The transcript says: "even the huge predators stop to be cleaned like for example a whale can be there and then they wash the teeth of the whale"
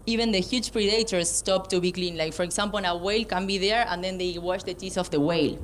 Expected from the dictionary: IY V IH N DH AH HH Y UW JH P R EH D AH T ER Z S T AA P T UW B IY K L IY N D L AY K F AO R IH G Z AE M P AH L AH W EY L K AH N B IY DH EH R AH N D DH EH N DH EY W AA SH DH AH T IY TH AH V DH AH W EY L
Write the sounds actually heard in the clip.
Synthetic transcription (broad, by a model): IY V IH N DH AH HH Y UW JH P R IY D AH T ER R S T AA P T UW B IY K L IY N L AY K F AO R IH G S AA M P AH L AH W EY L K AH N B IY DH EH R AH N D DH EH N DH EY W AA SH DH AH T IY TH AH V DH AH W EY L